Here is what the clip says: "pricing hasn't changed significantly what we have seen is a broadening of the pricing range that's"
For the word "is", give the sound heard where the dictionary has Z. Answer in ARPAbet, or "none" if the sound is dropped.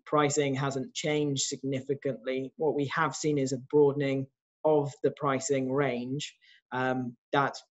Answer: Z